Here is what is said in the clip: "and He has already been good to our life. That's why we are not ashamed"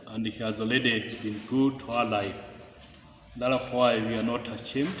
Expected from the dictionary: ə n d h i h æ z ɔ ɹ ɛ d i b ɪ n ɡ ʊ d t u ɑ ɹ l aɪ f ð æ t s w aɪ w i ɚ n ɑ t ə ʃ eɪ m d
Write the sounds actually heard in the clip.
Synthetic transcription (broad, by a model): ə n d h i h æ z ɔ l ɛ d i b ɪ n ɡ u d t u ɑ l aɪ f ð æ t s w aɪ w i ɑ n ɑ t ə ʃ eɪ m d